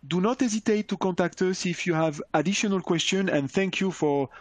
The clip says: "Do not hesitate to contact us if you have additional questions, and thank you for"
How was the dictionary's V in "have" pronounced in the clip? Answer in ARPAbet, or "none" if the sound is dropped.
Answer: V